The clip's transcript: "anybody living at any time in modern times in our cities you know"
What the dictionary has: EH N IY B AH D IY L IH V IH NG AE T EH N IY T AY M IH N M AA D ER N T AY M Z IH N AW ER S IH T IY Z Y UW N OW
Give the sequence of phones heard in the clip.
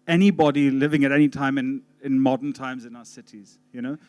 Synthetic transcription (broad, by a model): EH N IY B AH D IY L IH V IH NG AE T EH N IY T AY M IH N M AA D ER N T AY M Z IH N AW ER S IH T IY Z Y UW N OW